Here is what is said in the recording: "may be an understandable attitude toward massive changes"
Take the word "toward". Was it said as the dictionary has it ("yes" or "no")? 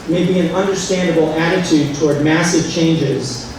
yes